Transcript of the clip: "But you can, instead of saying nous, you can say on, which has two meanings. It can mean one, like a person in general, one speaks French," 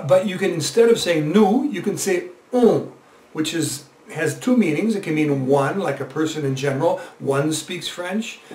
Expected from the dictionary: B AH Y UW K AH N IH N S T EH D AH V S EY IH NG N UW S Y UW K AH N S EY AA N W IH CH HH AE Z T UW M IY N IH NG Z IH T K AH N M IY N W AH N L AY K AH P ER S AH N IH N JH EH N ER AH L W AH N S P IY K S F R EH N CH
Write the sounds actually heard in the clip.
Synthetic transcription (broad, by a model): B AH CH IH K AH N IH N S T EH D AH V S EY IH NG N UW Y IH K AH N S EY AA W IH CH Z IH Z T UW M IY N IH NG Z IH T K AH N M IY N W AH N L AY K AH P ER S AH N IH N JH EH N ER L W AH N S P IY K S F R EH N CH